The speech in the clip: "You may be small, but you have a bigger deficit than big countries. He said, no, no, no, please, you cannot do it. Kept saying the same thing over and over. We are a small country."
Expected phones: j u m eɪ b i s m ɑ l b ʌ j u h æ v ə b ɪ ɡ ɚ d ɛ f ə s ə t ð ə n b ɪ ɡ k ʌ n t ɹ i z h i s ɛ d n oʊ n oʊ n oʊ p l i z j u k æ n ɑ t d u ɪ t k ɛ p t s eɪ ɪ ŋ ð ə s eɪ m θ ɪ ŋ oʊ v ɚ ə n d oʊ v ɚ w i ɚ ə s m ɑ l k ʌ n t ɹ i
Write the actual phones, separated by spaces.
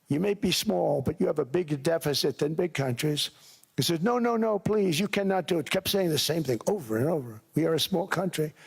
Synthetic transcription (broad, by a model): j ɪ m eɪ b i s m ɑ l b ʌ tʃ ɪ v ə b ɪ ɡ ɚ d ɛ f ə s ə t ð ə n b ɪ ɡ k ʌ n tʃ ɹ i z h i s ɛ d n oʊ n oʊ n oʊ p l i z j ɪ k æ n ɑ t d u ɪ t k ɛ p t s eɪ ɪ ŋ ð ə s eɪ m θ ɪ ŋ oʊ v ɚ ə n oʊ v ɚ w i ɚ ə s m ɑ l k ʌ n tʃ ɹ i